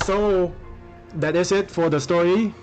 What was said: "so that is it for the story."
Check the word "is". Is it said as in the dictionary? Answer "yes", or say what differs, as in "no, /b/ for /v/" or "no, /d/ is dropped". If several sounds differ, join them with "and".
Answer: no, /s/ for /z/